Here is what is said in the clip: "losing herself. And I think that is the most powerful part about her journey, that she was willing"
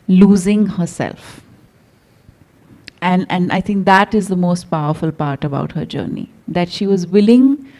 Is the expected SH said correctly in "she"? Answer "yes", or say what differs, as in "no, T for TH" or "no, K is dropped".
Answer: yes